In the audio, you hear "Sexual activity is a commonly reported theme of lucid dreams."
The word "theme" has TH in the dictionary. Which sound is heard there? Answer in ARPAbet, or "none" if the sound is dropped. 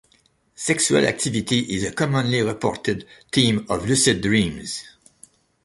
T